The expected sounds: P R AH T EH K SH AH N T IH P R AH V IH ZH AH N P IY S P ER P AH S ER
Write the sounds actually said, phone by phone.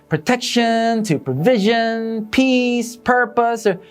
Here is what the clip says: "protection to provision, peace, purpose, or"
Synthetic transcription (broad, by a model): P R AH T EH K SH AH N T IH P R AH V IH ZH AH N P IY S P ER P AH S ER